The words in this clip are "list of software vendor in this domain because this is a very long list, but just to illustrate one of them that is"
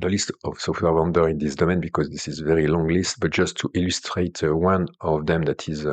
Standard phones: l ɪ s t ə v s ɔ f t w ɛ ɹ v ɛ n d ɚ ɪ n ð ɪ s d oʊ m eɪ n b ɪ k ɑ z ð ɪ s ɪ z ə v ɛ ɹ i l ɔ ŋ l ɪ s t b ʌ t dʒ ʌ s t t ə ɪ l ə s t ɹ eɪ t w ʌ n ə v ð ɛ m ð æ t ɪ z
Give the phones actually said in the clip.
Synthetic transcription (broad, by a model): l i s t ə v s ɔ f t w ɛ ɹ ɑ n d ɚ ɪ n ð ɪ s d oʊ m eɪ n b ɪ k ɑ z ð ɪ s ɪ z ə v ɛ ɹ i l ɔ ŋ l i s t b ʌ t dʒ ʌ s t t ə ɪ l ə s t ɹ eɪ t w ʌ n ə v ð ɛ m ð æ t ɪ z